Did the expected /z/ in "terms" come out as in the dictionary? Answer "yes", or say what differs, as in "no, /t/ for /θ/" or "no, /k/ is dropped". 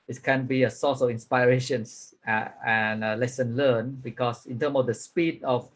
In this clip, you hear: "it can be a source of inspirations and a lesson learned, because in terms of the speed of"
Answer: no, /z/ is dropped